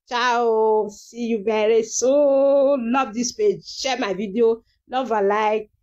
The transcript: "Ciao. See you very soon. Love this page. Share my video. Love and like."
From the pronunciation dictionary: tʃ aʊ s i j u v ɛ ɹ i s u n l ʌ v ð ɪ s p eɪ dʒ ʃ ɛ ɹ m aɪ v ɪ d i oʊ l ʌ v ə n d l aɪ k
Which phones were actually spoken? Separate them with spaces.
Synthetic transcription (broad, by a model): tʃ aʊ s i j u b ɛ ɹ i s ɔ l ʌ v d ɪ s p eɪ dʒ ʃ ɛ m aɪ v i d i oʊ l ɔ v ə l aɪ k